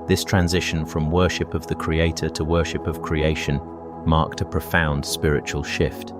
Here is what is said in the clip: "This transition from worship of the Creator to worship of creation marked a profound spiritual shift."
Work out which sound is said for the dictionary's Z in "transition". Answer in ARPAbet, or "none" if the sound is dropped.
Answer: Z